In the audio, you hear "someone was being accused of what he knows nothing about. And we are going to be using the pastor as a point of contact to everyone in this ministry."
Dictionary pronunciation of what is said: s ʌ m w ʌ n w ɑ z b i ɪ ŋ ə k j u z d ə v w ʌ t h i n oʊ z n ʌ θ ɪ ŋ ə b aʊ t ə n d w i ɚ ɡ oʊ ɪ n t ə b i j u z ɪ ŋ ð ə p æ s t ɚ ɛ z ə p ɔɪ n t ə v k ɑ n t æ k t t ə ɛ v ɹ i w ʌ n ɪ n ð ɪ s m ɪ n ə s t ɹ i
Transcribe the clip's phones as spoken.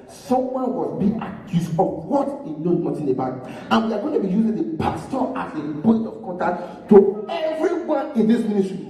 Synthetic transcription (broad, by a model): s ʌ m w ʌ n w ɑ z b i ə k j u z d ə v w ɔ t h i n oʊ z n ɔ t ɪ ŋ ə b aʊ t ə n w i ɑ ɡ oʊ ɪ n t ə b i j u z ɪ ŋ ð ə p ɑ s t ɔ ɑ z ə b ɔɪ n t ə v k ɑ n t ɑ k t t ə ɛ v ɹ i w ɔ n ɪ n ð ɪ s m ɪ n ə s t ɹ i